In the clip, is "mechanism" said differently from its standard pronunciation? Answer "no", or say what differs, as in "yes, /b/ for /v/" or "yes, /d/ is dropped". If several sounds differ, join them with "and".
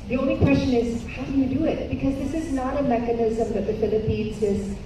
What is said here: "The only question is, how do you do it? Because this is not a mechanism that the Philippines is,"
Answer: no